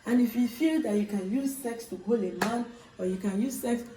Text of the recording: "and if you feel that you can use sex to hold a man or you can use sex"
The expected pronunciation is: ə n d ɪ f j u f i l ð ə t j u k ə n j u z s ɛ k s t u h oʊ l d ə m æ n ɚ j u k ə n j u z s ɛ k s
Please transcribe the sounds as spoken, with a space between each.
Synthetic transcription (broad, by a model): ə n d ɪ f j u f i l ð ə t j u k ə n j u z s ɛ k s t u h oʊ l ə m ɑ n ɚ j u k ə n j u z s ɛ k s